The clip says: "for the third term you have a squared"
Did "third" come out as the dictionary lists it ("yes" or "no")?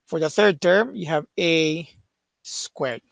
yes